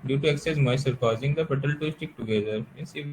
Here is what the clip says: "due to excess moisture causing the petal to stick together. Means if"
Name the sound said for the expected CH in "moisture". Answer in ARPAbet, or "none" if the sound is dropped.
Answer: none